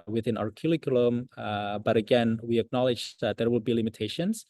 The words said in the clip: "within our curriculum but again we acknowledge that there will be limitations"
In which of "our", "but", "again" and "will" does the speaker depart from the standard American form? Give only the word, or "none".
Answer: none